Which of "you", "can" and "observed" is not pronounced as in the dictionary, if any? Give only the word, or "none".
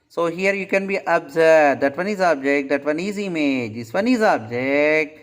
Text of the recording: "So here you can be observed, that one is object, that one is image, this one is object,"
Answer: observed